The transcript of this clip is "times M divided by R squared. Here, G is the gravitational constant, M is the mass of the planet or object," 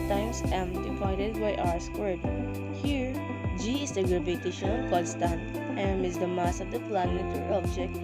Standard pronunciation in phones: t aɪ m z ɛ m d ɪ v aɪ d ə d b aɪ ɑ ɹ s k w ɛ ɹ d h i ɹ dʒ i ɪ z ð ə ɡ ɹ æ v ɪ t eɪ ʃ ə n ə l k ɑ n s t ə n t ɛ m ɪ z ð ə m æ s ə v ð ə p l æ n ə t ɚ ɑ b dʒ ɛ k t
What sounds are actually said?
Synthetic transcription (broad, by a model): t aɪ m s ɛ m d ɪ p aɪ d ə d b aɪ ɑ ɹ s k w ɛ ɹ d h i ɹ dʒ i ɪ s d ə ɡ ɹ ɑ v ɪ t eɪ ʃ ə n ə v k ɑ l s t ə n t ɛ m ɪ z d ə m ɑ s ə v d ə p l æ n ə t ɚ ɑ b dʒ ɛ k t